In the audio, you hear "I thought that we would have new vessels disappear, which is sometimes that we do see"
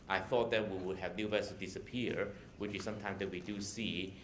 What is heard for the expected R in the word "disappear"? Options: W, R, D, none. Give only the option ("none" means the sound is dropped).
R